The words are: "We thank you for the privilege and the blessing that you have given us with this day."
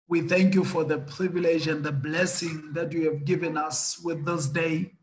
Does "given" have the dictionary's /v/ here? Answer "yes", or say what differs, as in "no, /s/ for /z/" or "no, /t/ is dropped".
yes